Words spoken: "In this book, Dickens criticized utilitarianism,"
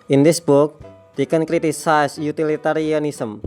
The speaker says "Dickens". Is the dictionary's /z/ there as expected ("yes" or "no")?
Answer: no